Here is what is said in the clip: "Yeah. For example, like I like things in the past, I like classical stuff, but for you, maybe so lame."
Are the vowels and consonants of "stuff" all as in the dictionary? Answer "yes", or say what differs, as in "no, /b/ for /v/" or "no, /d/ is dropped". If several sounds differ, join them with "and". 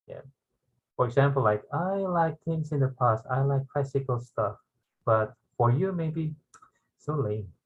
yes